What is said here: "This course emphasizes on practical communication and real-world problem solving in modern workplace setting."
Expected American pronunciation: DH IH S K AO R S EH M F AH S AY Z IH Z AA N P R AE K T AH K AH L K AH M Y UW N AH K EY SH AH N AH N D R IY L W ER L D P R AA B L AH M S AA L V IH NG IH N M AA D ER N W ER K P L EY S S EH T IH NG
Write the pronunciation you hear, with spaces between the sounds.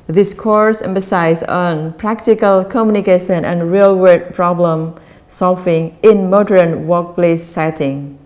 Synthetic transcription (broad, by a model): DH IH S K AO R S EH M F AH S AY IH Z AA N P R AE K T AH K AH L K AH M Y UW N AH K EY SH AH N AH N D R IY L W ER D P R AA B L AH M S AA L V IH NG IH N M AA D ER N W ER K P L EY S S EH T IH NG